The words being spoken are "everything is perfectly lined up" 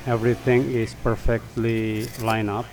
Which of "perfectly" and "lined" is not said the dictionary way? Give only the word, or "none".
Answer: lined